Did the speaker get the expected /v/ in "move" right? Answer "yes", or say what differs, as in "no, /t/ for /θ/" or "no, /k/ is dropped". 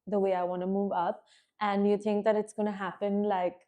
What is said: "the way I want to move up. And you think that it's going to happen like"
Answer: yes